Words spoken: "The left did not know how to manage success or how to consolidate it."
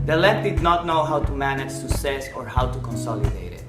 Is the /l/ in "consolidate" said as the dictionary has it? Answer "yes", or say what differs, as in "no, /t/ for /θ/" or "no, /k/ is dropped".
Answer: yes